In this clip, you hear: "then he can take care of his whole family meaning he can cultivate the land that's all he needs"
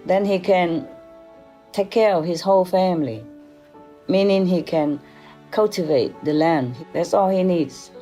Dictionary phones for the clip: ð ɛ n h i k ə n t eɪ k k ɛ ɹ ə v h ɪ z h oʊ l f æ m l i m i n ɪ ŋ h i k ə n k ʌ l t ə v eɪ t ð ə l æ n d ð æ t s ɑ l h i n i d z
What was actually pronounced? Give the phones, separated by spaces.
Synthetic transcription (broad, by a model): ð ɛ n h i k ə n t eɪ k k ɛ ɹ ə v h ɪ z h oʊ l f æ m l i m i n ɪ ŋ h i k ə n k ʌ l t ə v eɪ t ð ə l æ n d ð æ t s ɑ l h i n i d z